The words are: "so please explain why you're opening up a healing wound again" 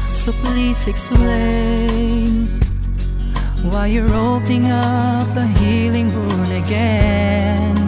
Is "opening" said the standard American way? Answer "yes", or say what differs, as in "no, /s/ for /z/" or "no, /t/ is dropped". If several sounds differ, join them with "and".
no, /p/ is dropped